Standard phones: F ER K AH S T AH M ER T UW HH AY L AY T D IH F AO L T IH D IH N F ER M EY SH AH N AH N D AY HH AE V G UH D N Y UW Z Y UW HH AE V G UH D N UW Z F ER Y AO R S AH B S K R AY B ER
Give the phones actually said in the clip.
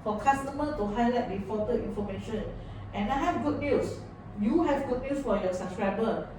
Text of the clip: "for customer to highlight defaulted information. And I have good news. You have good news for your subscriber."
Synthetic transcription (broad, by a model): F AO K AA S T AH M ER T UW HH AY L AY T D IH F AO T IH IY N F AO M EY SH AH N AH N AY HH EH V G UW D N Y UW S Y UW HH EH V G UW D N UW S F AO Y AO S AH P S K R AY B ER